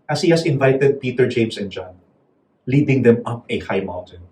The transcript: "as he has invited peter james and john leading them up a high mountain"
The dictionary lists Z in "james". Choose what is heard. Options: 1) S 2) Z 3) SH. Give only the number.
1